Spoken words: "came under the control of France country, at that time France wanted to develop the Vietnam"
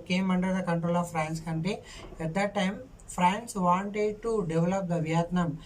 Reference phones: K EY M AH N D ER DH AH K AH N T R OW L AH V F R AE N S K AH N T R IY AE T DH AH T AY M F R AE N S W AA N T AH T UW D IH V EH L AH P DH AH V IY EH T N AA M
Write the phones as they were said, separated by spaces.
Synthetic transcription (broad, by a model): K EY M AH N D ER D AH K AH N T R OW L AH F R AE N S K AH N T IY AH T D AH T AY M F R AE N S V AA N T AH T UW D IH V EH L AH P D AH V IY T N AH M